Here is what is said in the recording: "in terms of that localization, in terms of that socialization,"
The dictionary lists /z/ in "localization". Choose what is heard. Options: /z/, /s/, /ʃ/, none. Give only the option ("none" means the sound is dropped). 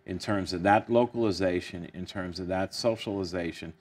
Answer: /z/